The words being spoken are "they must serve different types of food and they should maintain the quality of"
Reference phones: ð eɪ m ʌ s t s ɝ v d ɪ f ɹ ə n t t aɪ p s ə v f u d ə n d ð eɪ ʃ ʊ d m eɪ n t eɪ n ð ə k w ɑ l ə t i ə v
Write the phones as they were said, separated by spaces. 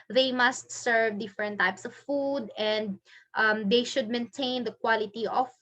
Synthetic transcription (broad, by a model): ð eɪ m ʌ s t s ɝ v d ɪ f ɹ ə n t t aɪ p s ə v f u d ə n d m eɪ ʃ ʊ d m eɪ n t eɪ n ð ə k w ɑ l ə t i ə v